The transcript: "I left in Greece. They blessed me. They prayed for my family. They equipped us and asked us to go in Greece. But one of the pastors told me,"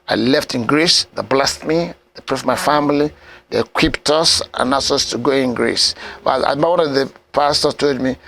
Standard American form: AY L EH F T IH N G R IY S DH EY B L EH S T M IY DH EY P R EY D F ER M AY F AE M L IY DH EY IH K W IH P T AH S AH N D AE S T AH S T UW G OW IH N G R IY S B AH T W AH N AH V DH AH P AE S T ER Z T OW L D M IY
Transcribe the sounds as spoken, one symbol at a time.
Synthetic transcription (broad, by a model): AY L EH F T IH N G R IY S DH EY B L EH S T M IY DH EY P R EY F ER M AY F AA M L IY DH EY K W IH P T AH S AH N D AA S AH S T UW G OW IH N G R IY S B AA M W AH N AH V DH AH P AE S T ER T OW L D M IY